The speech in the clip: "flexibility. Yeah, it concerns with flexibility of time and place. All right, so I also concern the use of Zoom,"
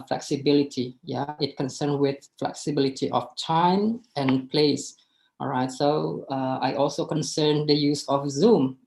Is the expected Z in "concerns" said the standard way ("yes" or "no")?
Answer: no